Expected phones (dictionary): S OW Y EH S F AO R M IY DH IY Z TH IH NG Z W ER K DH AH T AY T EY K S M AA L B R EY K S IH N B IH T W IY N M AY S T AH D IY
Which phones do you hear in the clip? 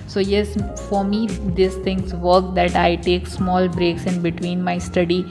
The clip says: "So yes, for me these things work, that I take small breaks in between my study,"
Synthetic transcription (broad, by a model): S OW Y EH S F AO R M IY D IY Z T IH NG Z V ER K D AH T AY T EY K S M AA L B R EY K S IH N B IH T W IY N M AY S T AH D IY